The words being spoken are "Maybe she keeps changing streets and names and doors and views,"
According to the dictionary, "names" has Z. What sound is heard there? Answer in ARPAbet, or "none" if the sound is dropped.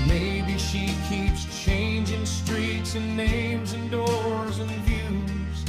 Z